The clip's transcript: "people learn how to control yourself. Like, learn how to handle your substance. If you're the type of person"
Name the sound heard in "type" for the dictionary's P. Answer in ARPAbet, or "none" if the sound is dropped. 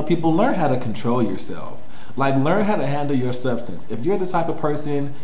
P